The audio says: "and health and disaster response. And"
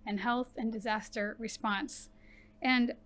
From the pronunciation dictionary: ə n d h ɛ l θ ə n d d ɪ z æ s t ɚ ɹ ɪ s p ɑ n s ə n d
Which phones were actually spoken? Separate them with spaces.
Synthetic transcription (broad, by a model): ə n h ɛ l θ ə n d d ɪ z æ s t ɚ ɹ ɪ s p ɑ n s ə n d